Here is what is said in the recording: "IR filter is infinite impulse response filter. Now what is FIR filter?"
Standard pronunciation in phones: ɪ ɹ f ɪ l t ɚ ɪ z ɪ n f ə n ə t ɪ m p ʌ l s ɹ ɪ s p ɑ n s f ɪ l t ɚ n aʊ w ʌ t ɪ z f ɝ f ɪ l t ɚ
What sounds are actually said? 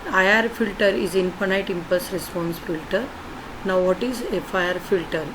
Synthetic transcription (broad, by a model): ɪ ɹ f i l t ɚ ɪ z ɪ n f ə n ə t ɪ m p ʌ s ɹ ɪ s p ɑ n s f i l t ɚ n aʊ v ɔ t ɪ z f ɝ f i l t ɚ